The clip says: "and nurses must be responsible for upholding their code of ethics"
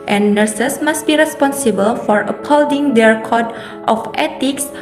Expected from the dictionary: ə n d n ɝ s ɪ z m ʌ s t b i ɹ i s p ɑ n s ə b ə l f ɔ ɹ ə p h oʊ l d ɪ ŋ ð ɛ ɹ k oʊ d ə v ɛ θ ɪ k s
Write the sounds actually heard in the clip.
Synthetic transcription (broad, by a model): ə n n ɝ s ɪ s m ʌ s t b i ɹ i s p ɑ n s ə b ə l f ɔ ɹ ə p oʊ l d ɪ ŋ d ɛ ɹ k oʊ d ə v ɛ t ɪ k s